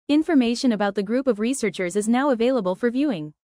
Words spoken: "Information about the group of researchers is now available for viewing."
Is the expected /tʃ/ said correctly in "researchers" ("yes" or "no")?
yes